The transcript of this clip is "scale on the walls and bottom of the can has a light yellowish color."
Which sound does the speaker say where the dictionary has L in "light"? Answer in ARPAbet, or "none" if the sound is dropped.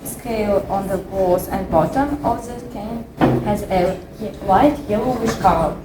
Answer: W